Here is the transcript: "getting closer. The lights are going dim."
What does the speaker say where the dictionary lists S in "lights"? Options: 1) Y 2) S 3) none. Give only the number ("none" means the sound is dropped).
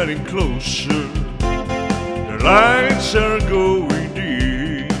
2